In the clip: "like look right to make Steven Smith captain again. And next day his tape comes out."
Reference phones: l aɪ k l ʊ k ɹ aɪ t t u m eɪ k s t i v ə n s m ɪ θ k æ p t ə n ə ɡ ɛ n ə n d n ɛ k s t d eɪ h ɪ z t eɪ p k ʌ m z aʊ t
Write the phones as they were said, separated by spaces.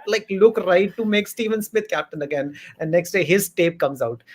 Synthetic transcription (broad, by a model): l aɪ k l ʊ k ɹ aɪ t t u m eɪ k s t i v ə n s m ɪ t k æ p t ə n ə ɡ ɛ n ə n d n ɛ k s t d eɪ h ɪ z t eɪ p k ʌ m z aʊ t